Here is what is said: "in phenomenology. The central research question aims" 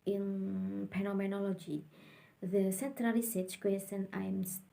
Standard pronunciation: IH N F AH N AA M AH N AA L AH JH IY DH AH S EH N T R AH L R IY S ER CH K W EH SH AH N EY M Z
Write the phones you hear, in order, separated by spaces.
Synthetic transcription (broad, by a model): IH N P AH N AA M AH N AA L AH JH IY DH AH S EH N T R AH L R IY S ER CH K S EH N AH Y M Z